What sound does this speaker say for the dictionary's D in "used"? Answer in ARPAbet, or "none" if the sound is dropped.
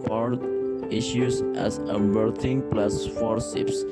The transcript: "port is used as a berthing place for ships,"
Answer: none